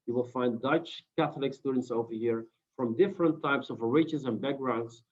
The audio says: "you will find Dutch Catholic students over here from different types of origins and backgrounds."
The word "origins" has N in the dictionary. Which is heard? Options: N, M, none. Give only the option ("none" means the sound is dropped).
none